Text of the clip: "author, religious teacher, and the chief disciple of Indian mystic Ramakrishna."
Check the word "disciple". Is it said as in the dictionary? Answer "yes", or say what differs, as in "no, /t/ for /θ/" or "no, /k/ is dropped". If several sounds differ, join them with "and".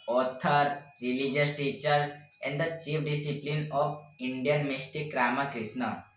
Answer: no, /n/ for /l/